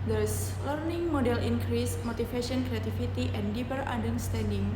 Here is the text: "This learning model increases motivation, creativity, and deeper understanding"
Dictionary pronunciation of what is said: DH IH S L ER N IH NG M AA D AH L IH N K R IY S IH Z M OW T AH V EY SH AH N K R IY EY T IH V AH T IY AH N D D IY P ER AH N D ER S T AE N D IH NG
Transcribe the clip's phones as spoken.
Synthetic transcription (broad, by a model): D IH S L ER N IH NG M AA D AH L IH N K R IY S M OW T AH F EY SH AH N K R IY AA T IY F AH T IY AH N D D IY P ER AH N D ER S T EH N D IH NG